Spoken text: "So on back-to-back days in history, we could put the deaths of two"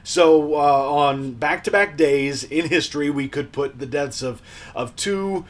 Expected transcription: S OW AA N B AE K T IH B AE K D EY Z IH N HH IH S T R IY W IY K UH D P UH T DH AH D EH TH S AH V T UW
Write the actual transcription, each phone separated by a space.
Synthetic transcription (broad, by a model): S OW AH N B AE K T IH B AE K D EY Z IH N HH IH S T R IY W IY K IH D P UH T DH AH D EH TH S AH V T UW